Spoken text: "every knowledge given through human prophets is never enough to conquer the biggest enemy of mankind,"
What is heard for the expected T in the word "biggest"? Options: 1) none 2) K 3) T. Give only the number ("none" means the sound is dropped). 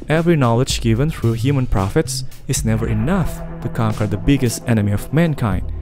3